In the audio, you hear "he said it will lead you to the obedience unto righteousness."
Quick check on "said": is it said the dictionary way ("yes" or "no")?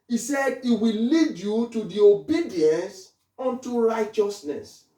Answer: yes